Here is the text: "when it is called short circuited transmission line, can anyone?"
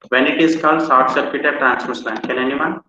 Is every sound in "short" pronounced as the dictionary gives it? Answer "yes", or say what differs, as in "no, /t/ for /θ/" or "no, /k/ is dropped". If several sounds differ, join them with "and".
no, /s/ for /ʃ/